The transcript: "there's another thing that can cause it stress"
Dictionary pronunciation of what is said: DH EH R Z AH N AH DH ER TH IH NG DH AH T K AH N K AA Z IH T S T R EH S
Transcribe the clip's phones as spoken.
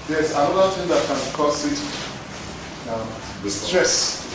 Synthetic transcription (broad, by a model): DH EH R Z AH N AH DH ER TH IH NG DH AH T K AH N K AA S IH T S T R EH S